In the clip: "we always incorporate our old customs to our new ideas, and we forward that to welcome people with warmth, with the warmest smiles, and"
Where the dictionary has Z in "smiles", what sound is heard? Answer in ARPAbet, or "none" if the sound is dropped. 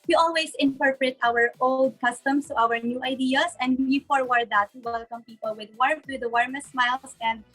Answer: S